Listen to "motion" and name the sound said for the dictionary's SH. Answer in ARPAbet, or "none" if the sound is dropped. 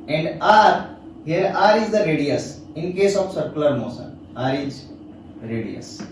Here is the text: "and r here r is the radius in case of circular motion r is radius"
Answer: S